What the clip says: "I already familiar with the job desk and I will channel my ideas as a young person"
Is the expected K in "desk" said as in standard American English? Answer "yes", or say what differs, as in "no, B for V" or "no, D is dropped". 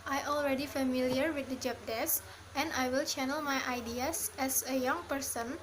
no, K is dropped